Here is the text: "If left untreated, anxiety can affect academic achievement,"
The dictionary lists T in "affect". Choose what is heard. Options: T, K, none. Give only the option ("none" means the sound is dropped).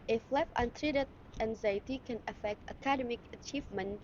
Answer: T